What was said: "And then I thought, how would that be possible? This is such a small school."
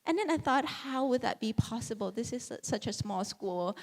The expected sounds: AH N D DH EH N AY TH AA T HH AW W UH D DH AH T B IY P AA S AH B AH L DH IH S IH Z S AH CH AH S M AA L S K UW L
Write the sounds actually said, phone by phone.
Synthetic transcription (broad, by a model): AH N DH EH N AY TH AA T HH AW W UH D DH AH T B IY P AA S AH B AH L DH IH S IH Z S AH CH AH S M AA L S K UW L